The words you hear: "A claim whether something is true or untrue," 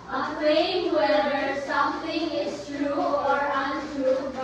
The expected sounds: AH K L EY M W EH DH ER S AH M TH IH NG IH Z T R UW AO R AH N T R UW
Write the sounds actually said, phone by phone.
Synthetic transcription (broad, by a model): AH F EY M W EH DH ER S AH M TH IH NG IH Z T R UW AO R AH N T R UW